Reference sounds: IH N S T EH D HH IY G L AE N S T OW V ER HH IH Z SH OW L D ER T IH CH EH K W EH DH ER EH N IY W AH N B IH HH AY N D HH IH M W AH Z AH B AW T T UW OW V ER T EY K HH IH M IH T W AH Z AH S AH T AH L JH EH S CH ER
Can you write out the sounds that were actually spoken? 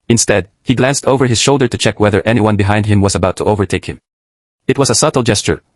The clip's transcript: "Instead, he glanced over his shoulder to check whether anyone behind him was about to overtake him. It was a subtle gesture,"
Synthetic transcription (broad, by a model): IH N S T EH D HH IY G L AE N S T OW V ER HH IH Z SH OW L D ER T IH CH EH K W EH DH ER EH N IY W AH N B IH HH AY N D HH IH M W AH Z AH B AW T T UW OW V ER T EY K HH IH M IH T W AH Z AH S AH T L JH EH S CH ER